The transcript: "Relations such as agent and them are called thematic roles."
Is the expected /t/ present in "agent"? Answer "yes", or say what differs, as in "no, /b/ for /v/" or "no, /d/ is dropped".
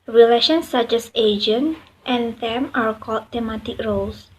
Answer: yes